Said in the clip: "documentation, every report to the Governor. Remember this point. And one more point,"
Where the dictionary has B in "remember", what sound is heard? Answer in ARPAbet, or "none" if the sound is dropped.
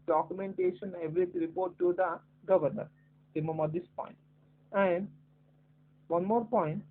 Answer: none